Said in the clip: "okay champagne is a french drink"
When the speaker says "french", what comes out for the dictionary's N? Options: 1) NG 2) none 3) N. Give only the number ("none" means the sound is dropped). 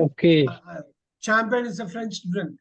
3